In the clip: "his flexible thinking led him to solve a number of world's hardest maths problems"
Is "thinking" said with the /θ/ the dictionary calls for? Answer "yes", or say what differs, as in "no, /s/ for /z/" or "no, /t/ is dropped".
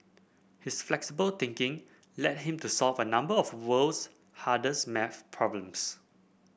no, /t/ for /θ/